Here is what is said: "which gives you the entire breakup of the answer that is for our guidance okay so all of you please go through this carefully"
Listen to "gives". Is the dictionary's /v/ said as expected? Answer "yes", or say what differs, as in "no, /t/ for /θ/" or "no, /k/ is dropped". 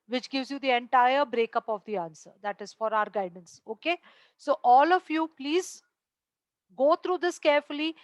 yes